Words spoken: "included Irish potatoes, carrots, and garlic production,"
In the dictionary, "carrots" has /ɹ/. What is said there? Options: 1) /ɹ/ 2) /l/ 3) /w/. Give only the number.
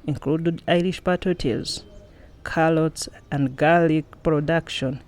2